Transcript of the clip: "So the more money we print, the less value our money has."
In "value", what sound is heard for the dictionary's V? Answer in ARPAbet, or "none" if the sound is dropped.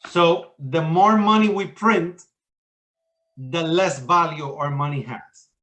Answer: V